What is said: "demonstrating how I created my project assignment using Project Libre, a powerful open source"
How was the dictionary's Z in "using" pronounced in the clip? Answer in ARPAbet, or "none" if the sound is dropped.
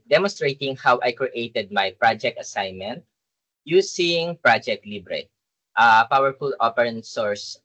S